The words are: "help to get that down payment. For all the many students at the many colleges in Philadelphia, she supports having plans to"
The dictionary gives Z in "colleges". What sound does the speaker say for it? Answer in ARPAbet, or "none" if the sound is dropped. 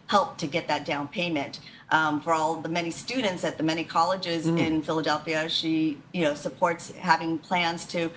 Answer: Z